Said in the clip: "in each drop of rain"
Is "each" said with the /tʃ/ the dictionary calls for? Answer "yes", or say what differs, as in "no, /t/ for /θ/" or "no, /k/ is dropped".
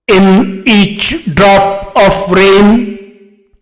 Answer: yes